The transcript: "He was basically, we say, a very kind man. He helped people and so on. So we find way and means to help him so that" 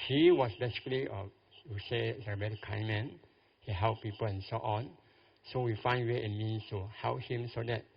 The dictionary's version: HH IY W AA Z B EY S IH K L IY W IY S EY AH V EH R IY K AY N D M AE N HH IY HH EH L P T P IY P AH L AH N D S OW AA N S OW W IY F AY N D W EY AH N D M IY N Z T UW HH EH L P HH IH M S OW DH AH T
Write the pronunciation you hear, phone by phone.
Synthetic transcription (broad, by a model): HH IY W AA S B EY S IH K L IY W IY S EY AH B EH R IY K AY M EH N HH IY HH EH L T P IY P AH L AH N S OW AA N S OW W IY F AY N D W EY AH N M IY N S T UW HH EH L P HH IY M S OW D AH T